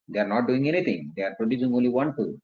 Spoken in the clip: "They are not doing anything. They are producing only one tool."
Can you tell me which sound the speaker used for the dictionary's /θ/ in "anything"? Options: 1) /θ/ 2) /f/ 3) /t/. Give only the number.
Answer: 3